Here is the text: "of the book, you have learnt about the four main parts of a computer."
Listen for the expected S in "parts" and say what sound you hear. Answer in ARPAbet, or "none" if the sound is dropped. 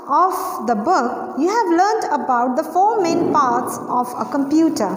S